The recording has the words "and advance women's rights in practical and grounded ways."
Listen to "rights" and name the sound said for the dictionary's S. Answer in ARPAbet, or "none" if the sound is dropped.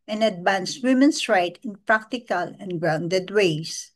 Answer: none